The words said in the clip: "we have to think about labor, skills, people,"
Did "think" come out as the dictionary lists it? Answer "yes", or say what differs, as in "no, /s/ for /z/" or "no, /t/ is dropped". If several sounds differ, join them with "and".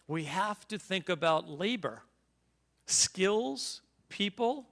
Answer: yes